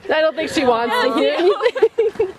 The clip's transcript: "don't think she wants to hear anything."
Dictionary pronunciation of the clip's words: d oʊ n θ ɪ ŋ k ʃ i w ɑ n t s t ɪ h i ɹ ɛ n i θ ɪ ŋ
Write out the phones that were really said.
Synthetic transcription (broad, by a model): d oʊ n θ ɪ ŋ k ʃ i w ɑ n t s t ɪ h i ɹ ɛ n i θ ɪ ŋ